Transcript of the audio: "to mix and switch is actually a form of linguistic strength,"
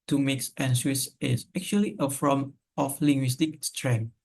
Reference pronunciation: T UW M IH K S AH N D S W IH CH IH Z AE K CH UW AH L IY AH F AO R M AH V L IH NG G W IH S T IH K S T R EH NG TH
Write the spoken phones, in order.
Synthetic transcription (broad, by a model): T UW M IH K S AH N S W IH S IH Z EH K CH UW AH L IY AH F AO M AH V L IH NG G W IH S T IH K S T R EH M